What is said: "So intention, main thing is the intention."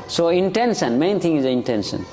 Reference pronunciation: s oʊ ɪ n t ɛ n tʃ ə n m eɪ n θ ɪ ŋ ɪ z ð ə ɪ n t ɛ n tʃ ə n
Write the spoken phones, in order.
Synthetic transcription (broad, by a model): s oʊ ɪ n t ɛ n ʃ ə n m eɪ n t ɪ ŋ ɪ z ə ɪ n t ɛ n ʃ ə n